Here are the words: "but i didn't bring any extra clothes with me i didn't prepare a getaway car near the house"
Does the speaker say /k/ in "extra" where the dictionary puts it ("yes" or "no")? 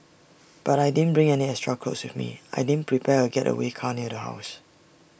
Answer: no